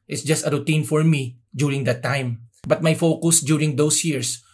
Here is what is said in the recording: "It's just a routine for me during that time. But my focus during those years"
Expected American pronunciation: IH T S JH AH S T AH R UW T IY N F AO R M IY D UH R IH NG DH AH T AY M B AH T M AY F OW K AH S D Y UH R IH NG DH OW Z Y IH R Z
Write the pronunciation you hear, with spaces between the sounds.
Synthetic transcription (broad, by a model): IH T S JH AH S T AH R UW T IY N F AO R M IY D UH R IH NG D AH T AY M B AH T M AY F OW K AH S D Y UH R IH NG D OW S Y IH R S